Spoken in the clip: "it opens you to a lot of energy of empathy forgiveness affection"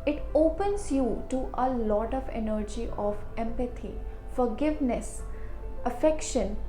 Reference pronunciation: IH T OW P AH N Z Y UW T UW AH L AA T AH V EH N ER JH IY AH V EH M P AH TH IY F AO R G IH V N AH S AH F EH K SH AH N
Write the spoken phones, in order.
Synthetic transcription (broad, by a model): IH T OW P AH N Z Y UW T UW AH L AA T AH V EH N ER JH IY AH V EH M P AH T IY F AO R G IH V N AH S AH F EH K SH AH N